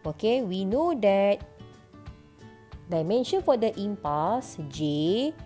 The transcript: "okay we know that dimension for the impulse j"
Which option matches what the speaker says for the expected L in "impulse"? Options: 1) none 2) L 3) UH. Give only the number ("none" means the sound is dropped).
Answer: 1